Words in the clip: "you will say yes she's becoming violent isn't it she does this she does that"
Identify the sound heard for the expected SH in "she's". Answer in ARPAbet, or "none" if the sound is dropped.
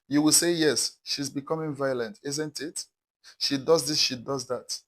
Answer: SH